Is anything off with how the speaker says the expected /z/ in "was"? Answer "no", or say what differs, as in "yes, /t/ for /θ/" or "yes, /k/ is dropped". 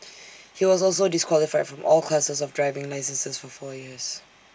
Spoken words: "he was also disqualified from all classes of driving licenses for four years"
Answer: no